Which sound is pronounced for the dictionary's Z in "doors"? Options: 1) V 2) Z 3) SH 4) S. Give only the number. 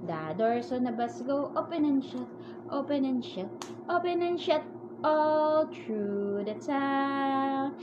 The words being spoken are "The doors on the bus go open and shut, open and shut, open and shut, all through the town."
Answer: 4